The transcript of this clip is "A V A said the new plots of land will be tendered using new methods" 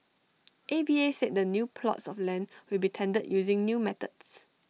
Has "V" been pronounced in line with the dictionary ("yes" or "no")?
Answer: no